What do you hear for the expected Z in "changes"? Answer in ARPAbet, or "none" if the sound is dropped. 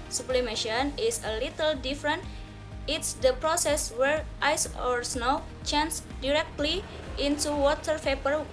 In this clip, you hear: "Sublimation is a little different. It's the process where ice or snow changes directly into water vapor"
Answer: none